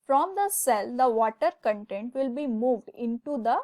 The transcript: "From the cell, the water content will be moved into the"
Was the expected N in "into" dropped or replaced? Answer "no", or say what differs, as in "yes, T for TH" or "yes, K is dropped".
no